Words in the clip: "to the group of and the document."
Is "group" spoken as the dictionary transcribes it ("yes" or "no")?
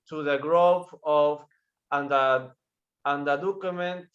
no